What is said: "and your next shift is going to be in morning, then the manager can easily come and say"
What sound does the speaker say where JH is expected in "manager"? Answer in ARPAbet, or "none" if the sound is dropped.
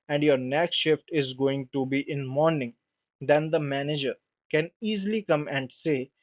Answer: JH